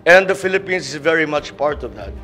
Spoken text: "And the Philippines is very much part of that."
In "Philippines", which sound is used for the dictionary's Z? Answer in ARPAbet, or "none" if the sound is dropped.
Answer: S